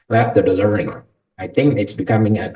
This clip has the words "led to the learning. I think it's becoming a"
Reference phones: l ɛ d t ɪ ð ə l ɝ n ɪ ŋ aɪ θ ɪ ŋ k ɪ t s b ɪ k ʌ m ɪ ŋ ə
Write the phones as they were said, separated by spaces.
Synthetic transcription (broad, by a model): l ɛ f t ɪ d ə l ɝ ɪ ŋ aɪ θ ɪ ŋ k ɪ t s b ɪ k ʌ m ɪ ŋ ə